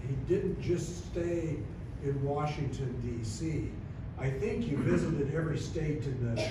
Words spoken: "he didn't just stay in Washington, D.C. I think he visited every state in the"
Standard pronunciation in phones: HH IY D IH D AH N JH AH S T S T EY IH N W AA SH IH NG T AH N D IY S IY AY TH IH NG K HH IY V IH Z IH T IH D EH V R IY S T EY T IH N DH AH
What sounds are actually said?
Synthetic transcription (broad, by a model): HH IY D IH D N JH AH S T S T EY IH N W AA SH IH NG T AH N D IY S IY AY TH IH NG K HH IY V IH Z IH T IH D EH V R IY S T EY T IH N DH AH